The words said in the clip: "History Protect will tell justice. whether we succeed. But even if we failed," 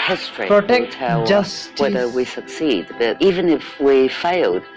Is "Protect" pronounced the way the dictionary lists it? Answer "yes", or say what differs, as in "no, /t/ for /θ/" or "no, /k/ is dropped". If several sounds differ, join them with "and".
no, /k/ is dropped